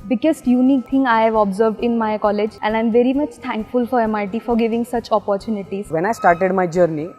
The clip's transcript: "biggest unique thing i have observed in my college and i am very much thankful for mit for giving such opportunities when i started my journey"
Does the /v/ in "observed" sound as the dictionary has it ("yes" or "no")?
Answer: yes